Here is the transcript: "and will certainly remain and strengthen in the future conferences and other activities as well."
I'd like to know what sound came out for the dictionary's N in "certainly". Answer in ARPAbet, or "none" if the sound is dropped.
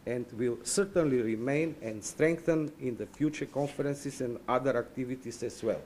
N